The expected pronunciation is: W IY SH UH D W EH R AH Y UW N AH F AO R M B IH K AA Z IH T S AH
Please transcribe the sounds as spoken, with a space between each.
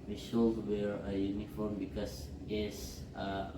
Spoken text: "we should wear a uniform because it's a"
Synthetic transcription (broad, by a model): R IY S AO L W EH R AH Y UW N AH F AO R M B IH K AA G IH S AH